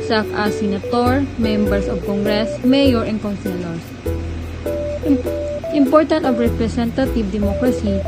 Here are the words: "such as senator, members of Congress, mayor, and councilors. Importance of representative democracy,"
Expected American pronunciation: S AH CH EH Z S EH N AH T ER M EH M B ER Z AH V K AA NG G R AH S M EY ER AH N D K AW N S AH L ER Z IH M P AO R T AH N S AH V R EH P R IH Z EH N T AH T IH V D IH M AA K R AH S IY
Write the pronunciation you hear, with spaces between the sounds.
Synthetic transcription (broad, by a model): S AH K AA S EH N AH T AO M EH M B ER S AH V K AA NG G R AH S M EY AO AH N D K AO N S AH L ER S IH M P AO R T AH N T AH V R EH P R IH S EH N T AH T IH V D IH M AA K R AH S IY